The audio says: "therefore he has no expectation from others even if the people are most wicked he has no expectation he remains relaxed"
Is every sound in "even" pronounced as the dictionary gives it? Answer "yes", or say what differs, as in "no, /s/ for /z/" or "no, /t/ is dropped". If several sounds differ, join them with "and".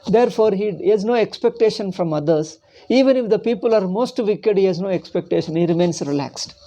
yes